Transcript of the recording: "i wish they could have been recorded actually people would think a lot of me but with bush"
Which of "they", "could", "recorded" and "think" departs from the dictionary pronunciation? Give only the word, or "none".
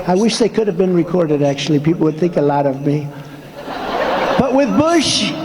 none